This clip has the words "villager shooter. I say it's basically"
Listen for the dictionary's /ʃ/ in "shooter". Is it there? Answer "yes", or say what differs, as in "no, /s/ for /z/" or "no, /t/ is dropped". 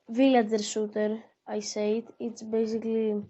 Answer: no, /s/ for /ʃ/